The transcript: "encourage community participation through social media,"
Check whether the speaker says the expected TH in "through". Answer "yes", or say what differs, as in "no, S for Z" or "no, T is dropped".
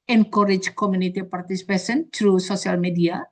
no, T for TH